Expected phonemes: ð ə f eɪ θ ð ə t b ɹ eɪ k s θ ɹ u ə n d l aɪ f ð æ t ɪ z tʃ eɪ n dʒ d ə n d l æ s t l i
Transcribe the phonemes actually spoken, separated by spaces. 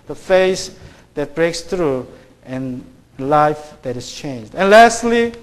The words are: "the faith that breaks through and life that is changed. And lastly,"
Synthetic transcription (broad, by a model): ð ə f eɪ s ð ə t b ɹ eɪ k s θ ɹ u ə n l aɪ f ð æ t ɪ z tʃ eɪ n dʒ d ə n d l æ s t l i